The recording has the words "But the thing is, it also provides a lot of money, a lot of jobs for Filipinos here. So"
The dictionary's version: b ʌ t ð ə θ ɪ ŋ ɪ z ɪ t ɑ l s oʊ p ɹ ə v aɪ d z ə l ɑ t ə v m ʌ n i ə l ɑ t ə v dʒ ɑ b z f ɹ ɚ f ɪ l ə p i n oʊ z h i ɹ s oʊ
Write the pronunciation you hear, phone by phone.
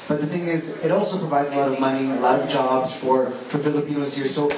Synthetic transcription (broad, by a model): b ʌ t ð ə θ ɪ ŋ ɪ z ɪ t ɑ l s oʊ p ɹ ə v aɪ d z ə l ɑ t ə v m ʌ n i ə l ɑ t ə v dʒ ɑ b z f ɹ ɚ f ɪ l ə p i n oʊ z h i ɹ s oʊ